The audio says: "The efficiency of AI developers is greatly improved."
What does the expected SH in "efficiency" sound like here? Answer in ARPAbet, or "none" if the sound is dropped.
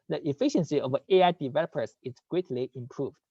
SH